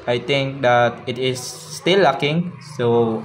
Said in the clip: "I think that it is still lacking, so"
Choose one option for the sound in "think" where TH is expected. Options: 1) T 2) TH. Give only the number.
1